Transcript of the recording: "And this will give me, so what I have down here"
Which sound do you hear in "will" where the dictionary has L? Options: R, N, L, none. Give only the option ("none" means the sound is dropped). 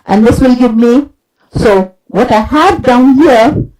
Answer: L